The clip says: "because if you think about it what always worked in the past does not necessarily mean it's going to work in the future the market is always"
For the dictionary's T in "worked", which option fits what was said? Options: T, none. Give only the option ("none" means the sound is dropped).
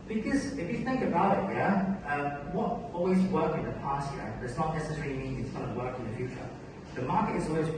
none